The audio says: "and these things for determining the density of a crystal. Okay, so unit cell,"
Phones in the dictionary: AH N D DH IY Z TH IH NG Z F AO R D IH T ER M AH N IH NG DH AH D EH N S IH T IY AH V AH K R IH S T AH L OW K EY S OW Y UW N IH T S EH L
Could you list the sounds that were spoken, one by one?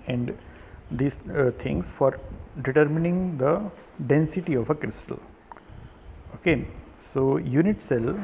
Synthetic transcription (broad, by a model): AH N D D IY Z T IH NG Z F AO R D IH T ER M AH N IH NG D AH D EH N S IH T IY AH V AH K R IH S T AH L OW K EY S OW Y UW N IH T S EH L